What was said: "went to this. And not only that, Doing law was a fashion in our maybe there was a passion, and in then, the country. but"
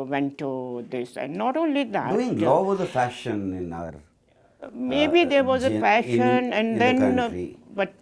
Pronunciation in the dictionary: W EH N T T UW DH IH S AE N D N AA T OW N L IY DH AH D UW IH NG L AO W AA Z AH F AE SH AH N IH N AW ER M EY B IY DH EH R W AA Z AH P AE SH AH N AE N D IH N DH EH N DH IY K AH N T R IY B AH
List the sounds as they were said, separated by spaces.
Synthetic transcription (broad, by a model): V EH N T T UW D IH S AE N D N AA T OW N L IY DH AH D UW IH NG L AO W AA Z AH F AE SH AH N IH N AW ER M EY B IY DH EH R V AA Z AH F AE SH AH N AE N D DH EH N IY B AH T